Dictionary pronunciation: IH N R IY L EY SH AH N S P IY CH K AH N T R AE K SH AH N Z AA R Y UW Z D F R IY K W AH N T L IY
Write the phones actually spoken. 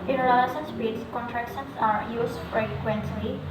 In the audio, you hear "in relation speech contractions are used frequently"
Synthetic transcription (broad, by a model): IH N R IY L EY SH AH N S B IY S K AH N T R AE K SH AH N S AA R Y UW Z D F R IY K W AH N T L IY